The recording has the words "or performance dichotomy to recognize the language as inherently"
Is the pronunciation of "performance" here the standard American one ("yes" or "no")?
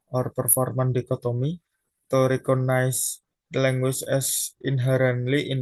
no